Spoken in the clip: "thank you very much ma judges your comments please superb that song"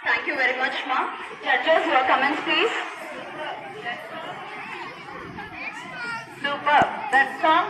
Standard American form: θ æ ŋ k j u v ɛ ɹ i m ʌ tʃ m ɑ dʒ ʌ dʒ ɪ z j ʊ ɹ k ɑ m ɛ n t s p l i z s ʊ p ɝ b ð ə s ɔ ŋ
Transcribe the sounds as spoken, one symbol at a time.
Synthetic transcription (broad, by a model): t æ ŋ k j u v ɛ ɹ i m ʌ tʃ m ɑ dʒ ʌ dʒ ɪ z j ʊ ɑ k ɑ m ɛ n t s p l i z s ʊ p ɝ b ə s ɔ